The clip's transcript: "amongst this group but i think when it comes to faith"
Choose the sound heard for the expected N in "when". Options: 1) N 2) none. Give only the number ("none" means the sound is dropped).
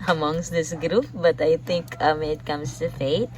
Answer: 2